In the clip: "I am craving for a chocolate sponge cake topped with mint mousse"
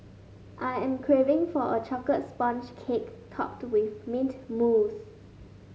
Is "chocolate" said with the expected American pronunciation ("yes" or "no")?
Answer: no